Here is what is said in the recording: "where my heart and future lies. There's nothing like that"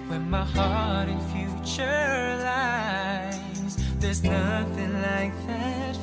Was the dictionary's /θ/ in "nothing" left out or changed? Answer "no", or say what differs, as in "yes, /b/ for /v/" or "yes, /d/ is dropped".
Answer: no